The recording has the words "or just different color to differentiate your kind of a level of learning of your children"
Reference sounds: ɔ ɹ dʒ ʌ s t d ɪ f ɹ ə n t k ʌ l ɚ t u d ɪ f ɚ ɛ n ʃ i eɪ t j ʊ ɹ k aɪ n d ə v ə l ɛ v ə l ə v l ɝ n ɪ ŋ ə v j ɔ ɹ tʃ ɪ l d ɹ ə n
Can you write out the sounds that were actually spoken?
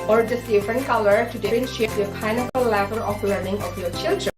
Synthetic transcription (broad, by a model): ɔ ɹ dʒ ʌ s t d ɪ f ɹ ə n t k ʌ l ɚ t u d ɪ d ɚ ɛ n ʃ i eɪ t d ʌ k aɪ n ə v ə l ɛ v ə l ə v l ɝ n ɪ ŋ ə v j ɔ ɹ tʃ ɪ l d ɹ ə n